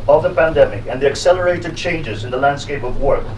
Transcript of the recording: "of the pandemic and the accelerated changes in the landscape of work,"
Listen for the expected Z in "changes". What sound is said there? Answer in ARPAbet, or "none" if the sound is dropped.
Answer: Z